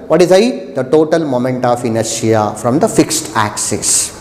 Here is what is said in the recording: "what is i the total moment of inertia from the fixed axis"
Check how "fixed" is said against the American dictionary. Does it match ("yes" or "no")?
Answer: yes